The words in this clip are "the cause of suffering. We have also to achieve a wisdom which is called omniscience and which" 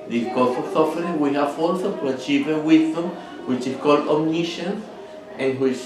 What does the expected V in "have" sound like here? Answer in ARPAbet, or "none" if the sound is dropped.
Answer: F